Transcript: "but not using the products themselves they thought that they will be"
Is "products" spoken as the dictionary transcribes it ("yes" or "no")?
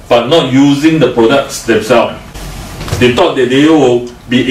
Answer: yes